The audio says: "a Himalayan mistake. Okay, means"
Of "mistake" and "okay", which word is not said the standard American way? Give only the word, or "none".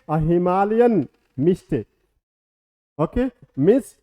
mistake